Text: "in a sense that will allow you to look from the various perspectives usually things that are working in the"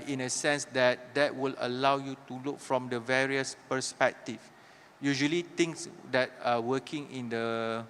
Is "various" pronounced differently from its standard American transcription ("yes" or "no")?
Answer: no